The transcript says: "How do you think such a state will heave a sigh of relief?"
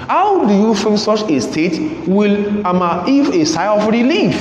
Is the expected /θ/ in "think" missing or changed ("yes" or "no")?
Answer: yes